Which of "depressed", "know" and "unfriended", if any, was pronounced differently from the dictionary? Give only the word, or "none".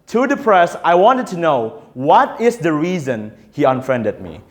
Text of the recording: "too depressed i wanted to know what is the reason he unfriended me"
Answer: depressed